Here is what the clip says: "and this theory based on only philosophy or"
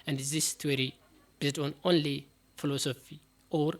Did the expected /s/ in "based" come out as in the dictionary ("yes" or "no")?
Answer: no